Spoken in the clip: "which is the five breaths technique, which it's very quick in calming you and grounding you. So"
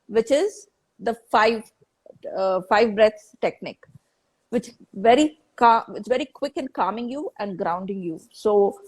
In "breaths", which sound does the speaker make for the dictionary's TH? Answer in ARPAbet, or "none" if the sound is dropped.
T